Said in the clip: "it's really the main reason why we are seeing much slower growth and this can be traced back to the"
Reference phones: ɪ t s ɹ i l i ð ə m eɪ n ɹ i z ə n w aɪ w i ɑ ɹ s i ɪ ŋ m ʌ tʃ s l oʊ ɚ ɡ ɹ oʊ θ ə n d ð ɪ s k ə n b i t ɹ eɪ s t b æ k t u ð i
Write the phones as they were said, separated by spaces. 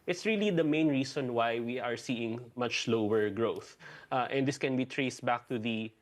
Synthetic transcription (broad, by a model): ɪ t s ɹ i l i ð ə m eɪ n ɹ i s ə n w aɪ w i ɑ ɹ s i ɪ ŋ m ʌ tʃ l oʊ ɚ ɡ ɹ oʊ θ ə n d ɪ s k ə n b i t ɹ eɪ s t b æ k t u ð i